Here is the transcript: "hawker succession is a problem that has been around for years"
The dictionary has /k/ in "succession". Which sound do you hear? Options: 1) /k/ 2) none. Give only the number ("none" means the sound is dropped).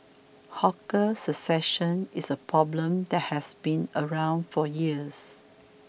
2